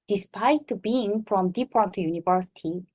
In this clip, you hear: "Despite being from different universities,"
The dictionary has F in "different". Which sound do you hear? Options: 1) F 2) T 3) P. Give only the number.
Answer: 3